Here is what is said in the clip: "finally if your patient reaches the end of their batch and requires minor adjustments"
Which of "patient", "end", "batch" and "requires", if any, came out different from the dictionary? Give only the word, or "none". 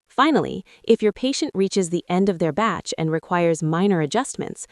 none